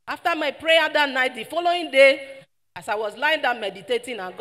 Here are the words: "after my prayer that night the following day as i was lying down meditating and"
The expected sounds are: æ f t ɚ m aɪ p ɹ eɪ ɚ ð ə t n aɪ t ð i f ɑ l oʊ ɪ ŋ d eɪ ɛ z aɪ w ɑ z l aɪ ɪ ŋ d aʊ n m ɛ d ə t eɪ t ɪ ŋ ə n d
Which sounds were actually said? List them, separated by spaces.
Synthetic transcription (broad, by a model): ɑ f t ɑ m aɪ p ɹ eɪ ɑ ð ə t n aɪ t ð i f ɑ l oʊ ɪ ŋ d eɪ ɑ s aɪ w ɑ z l aɪ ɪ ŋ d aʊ m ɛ d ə t eɪ t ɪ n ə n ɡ